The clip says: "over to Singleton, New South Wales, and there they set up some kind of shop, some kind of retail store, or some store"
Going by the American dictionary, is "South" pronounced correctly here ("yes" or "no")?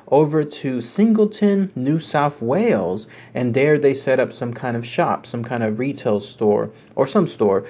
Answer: yes